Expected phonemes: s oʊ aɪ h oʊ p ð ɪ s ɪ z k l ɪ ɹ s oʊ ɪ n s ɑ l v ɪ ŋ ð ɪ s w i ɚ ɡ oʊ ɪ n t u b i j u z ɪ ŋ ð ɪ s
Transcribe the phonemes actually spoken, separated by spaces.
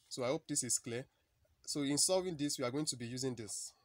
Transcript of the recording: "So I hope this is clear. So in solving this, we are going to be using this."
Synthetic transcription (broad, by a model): s oʊ aɪ h oʊ p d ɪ s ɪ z k l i s oʊ ɪ n s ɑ v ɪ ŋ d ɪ s w i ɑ ɡ oʊ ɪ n t u b i j u z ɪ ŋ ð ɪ s